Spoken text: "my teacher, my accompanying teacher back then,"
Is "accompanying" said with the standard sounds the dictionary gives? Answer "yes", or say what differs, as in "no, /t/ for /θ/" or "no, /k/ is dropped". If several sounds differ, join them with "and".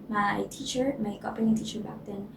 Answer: no, /m/ is dropped